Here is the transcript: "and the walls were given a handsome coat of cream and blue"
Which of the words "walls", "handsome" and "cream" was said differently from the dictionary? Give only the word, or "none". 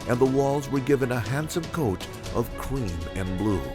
none